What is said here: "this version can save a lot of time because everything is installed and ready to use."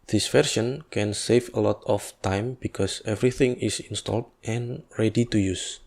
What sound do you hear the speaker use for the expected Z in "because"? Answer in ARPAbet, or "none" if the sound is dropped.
S